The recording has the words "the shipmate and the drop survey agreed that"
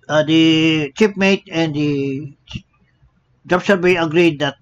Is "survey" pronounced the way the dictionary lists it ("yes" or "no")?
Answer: no